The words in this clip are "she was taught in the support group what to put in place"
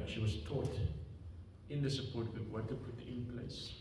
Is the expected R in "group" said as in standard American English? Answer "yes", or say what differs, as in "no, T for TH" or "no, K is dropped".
no, R is dropped